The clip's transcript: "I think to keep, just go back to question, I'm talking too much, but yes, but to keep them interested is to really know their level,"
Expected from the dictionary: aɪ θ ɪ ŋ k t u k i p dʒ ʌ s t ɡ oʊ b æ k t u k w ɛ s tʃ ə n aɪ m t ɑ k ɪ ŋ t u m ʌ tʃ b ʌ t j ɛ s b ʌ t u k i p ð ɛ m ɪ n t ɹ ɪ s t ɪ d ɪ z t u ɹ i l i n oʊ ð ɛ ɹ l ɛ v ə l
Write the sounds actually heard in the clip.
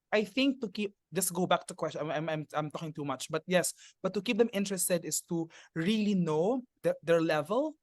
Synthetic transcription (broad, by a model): aɪ θ ɪ ŋ k t u k i p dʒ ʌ s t ɡ oʊ b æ k t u k w ɛ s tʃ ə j aɪ m t ɑ k ɪ ŋ t u m ʌ tʃ b ʌ t j ɛ s b ʌ t u k i p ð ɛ m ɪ n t ɹ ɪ s t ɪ d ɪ s t u ɹ i l i n oʊ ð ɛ ɹ l ɛ v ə l